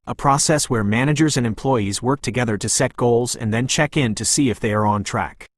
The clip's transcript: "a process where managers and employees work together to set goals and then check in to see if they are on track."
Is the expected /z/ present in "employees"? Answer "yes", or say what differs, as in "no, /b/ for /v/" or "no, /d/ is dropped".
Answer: yes